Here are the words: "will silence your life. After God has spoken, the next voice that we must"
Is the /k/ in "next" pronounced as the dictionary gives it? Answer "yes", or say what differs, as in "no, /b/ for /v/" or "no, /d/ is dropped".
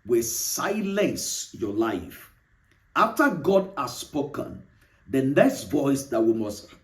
no, /k/ is dropped